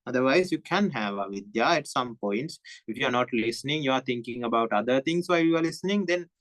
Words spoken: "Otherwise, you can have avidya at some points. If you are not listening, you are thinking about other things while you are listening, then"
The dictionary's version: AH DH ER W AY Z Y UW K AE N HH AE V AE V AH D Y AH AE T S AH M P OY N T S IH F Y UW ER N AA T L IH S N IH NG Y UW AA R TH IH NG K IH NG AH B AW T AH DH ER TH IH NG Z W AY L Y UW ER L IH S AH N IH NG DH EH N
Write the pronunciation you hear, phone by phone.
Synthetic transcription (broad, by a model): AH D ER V AY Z Y UW K AE N HH AE V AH V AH D Y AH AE T S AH M P OY N T S IH F Y UW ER N AA T L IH S N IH NG Y UW AA R T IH NG K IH NG AH B AW T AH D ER T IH NG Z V AY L Y UW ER L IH S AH N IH NG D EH N